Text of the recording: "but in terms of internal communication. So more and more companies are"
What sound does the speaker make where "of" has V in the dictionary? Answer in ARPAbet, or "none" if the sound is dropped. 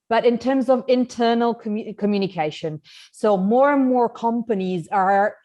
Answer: V